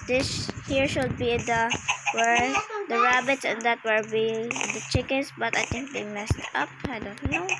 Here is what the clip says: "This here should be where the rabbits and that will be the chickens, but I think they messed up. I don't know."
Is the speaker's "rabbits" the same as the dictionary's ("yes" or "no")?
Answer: yes